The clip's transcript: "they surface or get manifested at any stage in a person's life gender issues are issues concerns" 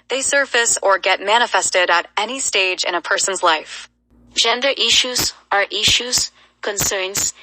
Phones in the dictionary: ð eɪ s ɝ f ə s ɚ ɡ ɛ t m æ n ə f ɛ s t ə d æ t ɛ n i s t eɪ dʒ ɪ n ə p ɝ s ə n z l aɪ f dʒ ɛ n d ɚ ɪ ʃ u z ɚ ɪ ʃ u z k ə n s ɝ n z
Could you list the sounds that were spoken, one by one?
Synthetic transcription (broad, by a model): ð eɪ s ɝ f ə s ɚ ɡ ɛ t m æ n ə f ɛ s t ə d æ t ɛ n i s t eɪ dʒ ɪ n ə p ɝ s ə n z l aɪ f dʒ ɛ n d ɚ ɪ ʃ u z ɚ ɪ ʃ u z k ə n s ɝ n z